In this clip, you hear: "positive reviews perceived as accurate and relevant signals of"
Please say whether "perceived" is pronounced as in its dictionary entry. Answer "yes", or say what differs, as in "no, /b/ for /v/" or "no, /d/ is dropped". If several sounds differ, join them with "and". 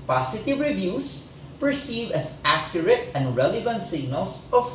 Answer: no, /d/ is dropped